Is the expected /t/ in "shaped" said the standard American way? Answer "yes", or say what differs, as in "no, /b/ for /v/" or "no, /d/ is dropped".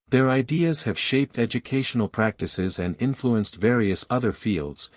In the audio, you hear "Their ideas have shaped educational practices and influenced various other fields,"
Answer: yes